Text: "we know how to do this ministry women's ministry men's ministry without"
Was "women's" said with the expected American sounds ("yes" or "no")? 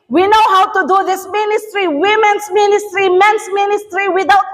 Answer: no